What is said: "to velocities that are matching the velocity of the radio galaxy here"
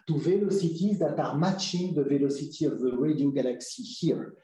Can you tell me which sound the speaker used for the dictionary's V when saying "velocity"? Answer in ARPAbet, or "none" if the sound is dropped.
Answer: V